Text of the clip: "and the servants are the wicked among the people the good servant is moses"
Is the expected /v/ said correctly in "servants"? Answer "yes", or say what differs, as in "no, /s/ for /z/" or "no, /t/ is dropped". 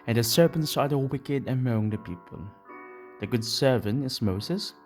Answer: no, /p/ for /v/